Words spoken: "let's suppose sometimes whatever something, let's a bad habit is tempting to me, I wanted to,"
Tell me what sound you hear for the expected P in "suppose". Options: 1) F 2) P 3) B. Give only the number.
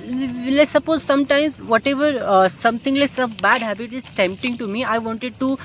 2